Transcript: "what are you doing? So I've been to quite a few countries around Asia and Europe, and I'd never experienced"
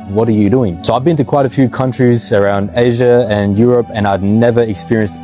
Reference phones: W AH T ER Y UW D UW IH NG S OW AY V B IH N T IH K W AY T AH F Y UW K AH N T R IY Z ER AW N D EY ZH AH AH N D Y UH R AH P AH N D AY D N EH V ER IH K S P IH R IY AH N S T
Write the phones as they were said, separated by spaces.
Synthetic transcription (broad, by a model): W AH T ER Y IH D UW IH NG S OW AY V B IH N T IH K W AY T AH F Y UW K AH N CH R IY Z ER AW N D EY ZH AH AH N Y UH R AH P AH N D AY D N EH V ER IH K S P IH R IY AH N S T